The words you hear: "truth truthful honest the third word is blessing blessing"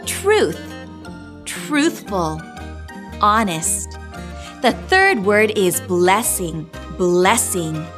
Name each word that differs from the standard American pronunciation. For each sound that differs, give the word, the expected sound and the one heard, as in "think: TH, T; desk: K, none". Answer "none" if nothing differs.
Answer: none